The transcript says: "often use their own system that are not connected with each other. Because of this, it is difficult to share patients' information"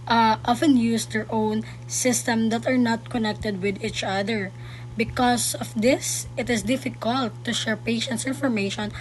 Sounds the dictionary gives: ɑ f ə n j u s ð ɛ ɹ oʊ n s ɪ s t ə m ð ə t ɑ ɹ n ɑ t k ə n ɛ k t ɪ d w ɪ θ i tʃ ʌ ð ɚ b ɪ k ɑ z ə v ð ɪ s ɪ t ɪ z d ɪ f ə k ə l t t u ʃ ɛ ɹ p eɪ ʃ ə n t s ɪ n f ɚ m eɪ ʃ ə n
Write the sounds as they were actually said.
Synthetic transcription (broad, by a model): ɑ f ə n j u s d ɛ ɹ oʊ n s ɪ s t ə m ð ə t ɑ ɹ n ɑ t k ə n ɛ k t ɪ d w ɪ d i tʃ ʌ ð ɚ b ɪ k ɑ s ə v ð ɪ s ɪ t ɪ s d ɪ f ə k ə l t t u ʃ ɛ ɹ p eɪ ʃ ə n t s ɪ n f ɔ m eɪ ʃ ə n